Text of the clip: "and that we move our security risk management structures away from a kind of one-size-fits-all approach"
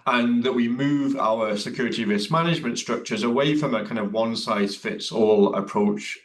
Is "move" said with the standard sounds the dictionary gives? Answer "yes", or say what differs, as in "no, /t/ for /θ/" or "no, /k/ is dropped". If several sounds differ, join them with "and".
yes